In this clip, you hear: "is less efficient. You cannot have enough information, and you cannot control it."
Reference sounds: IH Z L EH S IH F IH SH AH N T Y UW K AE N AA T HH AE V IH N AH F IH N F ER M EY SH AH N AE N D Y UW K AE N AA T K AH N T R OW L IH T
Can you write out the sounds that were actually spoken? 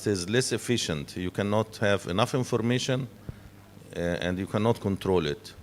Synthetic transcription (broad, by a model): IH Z L EH S IH F IH SH AH N T Y UW K AE N AA T HH AE V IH N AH F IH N F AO M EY SH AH N AE N D Y UW K AE N AA T K AH N T R OW L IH T